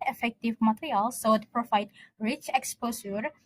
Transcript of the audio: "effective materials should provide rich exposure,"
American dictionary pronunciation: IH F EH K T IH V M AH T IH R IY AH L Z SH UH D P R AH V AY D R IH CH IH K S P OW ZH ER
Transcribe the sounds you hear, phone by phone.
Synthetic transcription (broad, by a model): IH F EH K T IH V M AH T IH R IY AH L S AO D P R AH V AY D R IH CH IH K S P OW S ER